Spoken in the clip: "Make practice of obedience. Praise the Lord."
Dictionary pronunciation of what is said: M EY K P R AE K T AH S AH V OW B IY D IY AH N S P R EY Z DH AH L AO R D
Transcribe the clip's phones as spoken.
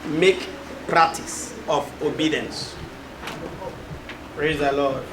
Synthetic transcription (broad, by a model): M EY K P R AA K T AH S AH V OW B IY D IY AH N S P R EY Z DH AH L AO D